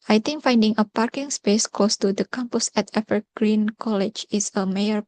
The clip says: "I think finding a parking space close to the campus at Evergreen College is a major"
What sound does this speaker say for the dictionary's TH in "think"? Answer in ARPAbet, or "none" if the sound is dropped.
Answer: T